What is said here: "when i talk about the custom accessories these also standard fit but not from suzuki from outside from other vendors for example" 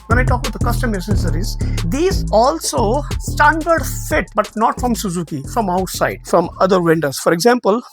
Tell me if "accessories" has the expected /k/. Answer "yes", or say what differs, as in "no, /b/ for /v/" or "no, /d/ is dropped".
no, /k/ is dropped